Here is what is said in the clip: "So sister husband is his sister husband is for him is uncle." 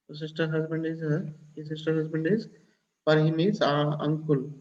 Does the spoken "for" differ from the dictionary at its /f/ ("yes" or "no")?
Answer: yes